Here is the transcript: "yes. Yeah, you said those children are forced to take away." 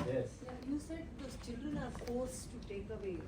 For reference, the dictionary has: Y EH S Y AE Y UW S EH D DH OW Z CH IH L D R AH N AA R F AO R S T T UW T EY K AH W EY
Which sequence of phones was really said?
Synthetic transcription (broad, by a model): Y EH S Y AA Y UW S EH D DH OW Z CH IH L D R AH N AA R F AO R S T T UW T EY K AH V EY